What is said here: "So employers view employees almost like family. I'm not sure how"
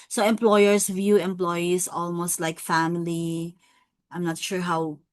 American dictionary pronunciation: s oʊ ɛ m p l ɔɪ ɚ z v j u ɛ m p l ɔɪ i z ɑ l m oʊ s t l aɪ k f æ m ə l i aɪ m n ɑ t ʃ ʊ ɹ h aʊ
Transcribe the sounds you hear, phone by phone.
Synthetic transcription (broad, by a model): s oʊ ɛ m p l ɔɪ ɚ s v j u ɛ m p l ɔɪ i s ɑ l m oʊ s t l aɪ k f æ m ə l i aɪ m n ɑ t ʃ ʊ ɹ h aʊ